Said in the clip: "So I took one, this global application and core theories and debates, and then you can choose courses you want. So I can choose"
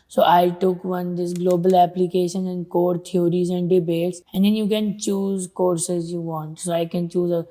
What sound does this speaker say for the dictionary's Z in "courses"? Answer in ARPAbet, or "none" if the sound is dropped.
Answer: Z